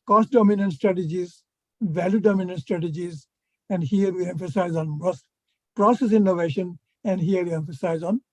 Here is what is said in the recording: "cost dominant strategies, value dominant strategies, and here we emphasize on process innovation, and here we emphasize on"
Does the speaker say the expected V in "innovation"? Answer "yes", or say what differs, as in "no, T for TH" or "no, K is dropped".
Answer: yes